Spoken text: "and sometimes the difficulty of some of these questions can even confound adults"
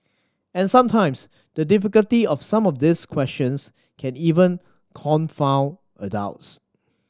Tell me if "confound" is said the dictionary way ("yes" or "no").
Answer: no